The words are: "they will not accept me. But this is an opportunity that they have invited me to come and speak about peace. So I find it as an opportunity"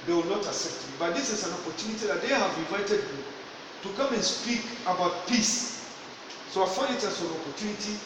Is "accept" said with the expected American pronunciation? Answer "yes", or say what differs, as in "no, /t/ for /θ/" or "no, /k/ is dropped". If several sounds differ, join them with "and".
no, /k/ is dropped